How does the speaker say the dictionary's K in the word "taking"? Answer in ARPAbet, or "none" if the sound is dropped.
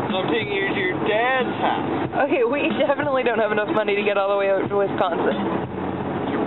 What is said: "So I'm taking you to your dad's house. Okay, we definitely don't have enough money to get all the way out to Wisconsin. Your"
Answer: none